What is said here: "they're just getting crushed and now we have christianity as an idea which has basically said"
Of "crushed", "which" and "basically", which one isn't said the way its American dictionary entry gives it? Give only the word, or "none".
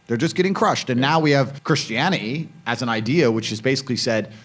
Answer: none